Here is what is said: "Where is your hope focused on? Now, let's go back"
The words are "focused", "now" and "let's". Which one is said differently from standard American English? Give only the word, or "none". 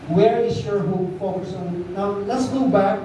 focused